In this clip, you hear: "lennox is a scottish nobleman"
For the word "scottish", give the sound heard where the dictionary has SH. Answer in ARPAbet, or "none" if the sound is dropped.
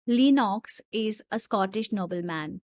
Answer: SH